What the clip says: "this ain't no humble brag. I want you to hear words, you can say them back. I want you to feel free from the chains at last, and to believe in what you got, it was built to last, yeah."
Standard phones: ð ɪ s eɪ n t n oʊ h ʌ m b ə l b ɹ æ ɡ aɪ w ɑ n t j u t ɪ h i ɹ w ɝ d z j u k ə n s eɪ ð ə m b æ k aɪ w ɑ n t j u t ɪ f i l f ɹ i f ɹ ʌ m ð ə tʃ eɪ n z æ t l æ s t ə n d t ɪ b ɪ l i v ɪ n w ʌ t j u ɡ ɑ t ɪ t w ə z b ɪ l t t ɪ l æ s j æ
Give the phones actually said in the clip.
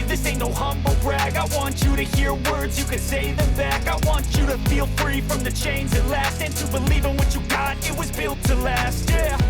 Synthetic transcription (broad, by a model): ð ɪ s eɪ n n oʊ h ʌ m b l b ɹ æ ɡ aɪ w ɑ n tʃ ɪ t ɪ h i ɹ w ɝ d z j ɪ k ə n s eɪ ð ə m b æ k aɪ w ɑ n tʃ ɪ t ɪ f i l f ɹ i f ɹ ʌ m ð ə tʃ eɪ n z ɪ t l æ s t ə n t ɪ b ɪ l i v ɪ n w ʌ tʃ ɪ ɡ ɑ t ɪ t w ə z b ɪ l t t ɪ l æ s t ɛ